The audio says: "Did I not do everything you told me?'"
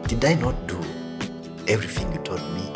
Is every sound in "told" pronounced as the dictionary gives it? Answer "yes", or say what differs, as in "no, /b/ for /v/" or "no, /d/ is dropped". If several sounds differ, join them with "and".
no, /l/ is dropped